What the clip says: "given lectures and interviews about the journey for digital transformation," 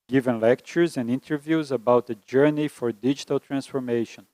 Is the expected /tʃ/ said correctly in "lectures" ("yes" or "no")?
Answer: yes